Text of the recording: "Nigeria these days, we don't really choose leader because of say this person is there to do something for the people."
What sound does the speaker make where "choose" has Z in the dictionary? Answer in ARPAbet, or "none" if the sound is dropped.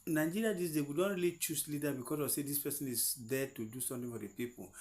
S